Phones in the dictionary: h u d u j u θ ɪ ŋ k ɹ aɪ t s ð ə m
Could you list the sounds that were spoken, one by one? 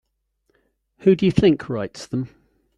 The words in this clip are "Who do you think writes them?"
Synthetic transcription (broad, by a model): h u d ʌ j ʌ θ ɪ ŋ k ɹ aɪ t s ð ə m